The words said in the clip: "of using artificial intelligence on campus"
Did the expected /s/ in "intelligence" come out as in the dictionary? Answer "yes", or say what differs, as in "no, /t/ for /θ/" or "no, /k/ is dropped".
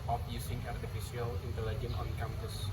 no, /s/ is dropped